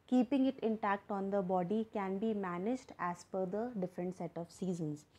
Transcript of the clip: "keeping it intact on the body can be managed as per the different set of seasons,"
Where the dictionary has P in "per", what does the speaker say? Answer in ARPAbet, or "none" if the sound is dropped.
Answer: F